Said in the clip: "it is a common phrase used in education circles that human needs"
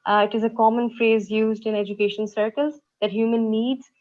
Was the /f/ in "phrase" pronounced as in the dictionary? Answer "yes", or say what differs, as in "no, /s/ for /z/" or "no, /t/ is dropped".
yes